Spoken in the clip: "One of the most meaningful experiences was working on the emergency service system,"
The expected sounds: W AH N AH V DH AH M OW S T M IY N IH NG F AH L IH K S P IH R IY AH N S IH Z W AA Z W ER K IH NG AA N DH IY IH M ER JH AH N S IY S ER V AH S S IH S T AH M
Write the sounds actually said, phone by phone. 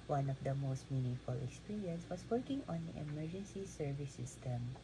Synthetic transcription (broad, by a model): W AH N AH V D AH M OW S T M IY N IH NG F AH L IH K S P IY R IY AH N S W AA S W ER K IH NG AA N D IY IH M ER JH AH N S IY S ER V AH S S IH S T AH M